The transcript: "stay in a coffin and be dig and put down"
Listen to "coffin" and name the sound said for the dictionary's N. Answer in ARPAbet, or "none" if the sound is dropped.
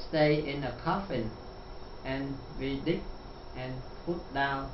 N